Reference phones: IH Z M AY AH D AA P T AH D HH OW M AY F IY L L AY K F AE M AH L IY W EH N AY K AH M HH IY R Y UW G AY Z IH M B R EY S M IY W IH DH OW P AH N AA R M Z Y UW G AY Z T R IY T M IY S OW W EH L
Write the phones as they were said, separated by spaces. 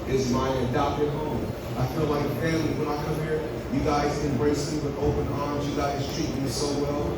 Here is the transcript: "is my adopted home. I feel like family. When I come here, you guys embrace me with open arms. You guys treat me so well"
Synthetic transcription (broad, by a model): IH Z M AY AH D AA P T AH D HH OW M AY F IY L L AY K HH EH AH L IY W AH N AY K AH M HH IY R Y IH G AY Z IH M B R EY S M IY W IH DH OW P AH N AA R M Z Y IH G AY Z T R IY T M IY S OW W EH L